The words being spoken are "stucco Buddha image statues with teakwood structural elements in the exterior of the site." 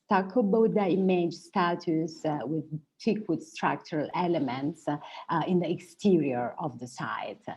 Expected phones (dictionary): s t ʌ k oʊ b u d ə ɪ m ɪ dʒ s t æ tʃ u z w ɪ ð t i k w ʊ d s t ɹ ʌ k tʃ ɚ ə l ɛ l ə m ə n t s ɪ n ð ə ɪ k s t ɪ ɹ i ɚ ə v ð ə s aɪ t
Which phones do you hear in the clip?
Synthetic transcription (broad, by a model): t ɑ k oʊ b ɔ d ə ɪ m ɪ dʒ s t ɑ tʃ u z w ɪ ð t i k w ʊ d s t ɹ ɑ k tʃ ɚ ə l ɛ l ə m ə n t s ɪ n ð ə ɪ k s t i ɹ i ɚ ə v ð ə s aɪ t